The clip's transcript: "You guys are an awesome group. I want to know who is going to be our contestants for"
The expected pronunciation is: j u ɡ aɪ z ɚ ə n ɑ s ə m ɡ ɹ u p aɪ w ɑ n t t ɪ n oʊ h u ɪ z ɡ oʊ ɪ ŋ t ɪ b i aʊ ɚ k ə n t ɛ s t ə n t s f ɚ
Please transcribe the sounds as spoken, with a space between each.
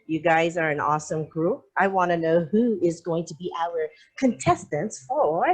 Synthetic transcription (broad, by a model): j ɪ ɡ aɪ z ɚ ə n ɑ s ə m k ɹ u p aɪ w ɑ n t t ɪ n oʊ h u ɪ z ɡ oʊ ɪ ŋ t ɪ b i aʊ ɚ k ə n t ɛ s t ə n t s f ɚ